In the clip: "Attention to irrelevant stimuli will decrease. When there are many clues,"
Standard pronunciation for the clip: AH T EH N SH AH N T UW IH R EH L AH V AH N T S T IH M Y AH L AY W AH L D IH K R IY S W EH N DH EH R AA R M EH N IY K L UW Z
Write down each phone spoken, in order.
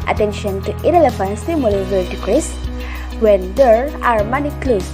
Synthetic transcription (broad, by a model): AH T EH N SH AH N T UW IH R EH L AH F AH N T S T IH M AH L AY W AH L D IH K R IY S W EH N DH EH R AA R M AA N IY K L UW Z